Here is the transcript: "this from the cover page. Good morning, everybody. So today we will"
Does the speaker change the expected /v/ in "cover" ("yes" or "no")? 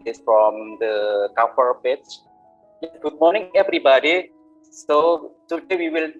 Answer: yes